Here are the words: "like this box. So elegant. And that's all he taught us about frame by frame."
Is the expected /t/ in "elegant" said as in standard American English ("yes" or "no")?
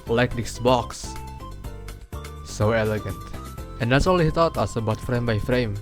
yes